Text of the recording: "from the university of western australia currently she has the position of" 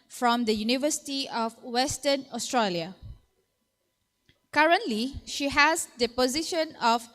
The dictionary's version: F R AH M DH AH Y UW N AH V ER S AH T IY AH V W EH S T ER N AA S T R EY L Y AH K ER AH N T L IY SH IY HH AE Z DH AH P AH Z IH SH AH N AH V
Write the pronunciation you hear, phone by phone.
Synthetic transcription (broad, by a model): F R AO M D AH Y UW N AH V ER S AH T IY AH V W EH S T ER N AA S T R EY L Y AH K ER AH N T L IY SH IY HH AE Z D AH P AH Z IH SH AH N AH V